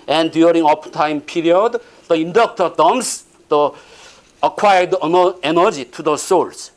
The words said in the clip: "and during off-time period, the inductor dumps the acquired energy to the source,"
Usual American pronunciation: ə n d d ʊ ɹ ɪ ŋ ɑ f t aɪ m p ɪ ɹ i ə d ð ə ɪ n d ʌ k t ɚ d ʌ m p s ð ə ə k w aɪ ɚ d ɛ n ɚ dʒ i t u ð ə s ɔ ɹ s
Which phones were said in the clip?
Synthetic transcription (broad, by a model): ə n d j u ɹ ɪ ŋ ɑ p t aɪ m p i ɹ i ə d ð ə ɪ n d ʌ k t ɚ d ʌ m s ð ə ə k w aɪ ɚ d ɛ n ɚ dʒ i t u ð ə s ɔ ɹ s